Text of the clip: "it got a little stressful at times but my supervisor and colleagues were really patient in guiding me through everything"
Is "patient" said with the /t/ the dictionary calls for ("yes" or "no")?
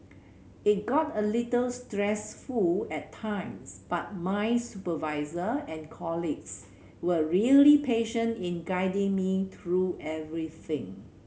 yes